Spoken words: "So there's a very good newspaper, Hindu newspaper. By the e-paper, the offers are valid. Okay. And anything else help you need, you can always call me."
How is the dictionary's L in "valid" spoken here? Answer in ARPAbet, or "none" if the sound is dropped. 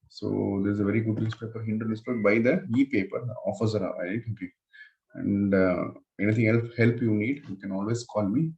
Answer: none